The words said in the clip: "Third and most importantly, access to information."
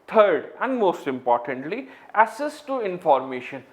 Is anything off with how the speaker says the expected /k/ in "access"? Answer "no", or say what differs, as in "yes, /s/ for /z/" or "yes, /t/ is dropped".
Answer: yes, /k/ is dropped